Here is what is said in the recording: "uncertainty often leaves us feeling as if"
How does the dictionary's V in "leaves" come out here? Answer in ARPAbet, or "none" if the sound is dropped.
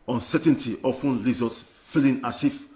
none